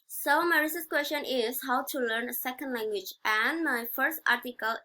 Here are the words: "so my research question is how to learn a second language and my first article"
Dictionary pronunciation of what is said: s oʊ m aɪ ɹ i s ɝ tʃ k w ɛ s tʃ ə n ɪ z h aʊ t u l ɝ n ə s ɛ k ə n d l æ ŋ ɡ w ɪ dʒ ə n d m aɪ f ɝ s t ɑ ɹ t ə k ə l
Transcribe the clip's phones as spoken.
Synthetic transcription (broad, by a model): s oʊ m aɪ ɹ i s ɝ s k w ɛ s tʃ ə n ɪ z h aʊ t u l ɝ n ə s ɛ k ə n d l æ ŋ ɡ w ɪ dʒ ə n m aɪ f ɝ s t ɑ ɹ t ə k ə l